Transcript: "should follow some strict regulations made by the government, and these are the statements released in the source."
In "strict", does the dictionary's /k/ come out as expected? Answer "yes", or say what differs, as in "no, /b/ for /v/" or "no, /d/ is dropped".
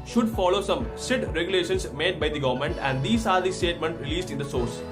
no, /k/ is dropped